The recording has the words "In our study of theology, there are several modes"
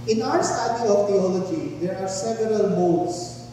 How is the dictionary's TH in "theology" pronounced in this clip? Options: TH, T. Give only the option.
T